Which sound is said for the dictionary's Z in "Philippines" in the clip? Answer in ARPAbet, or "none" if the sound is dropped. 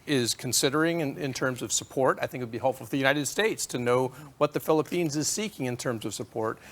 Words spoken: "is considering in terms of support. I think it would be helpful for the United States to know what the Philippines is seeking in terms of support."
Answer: Z